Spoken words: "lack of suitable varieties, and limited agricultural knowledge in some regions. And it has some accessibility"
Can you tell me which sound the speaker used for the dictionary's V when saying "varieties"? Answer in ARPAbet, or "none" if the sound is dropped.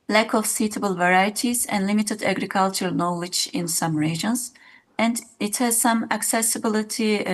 V